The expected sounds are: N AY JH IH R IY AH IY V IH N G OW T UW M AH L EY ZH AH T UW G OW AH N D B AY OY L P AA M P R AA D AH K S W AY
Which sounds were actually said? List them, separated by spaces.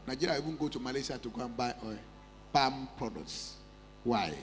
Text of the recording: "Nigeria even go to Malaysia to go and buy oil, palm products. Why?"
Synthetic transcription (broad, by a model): N AY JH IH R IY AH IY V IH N G OW T UW M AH L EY S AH T UW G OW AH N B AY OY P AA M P R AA D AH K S W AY